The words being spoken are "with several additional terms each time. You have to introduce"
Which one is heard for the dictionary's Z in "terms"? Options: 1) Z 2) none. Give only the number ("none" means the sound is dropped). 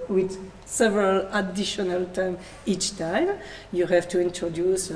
2